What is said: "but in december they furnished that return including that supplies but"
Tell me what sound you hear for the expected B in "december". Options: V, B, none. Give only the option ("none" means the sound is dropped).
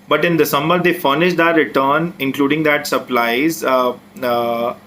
none